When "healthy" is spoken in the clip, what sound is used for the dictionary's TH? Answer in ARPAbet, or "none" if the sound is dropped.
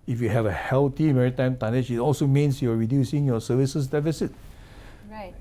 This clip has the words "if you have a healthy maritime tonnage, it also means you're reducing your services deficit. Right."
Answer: T